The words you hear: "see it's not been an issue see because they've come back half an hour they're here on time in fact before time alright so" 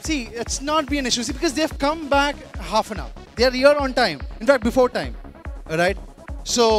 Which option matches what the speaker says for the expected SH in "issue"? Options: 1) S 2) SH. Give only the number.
2